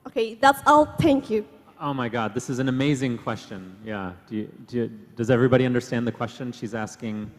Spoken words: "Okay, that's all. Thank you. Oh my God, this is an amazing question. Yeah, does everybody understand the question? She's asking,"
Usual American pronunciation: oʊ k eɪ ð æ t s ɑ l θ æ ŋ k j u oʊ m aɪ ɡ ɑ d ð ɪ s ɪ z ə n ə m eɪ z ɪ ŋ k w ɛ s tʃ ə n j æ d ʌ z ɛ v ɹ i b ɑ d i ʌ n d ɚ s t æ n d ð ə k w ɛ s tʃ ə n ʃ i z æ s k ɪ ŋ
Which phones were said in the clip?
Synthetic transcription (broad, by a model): oʊ k eɪ ð æ t s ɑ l θ æ ŋ k j u oʊ m aɪ ɡ ɑ d ð ɪ s ɪ z n ə m eɪ z ɪ ŋ k w ɛ s tʃ ə n j æ d ʌ z ɛ v ɹ i b ɑ d i ʌ n d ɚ s t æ n ð ə k w ɛ s tʃ ə n ʃ i z æ s k ɪ ŋ